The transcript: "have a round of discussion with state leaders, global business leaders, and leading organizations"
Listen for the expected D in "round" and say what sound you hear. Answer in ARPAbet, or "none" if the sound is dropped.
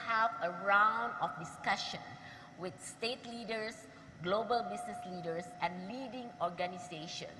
D